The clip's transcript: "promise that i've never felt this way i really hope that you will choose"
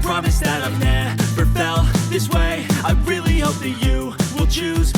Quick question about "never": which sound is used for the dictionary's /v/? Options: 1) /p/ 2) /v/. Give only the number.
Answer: 1